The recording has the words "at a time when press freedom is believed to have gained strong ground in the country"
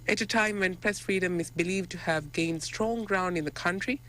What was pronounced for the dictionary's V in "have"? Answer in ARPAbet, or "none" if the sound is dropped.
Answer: V